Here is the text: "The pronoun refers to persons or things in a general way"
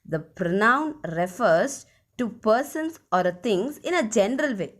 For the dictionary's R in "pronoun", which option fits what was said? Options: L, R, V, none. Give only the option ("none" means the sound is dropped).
R